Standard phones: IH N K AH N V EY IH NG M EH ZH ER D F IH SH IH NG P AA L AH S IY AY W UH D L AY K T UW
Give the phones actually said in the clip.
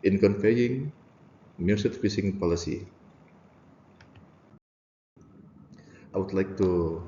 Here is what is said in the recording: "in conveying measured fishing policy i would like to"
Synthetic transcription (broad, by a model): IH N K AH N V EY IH NG M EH S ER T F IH S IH NG P AA L AH S IY AY W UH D L AY K T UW